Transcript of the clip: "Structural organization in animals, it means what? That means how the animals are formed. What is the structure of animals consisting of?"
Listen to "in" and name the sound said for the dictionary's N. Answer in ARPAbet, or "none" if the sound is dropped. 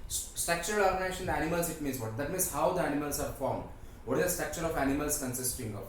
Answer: L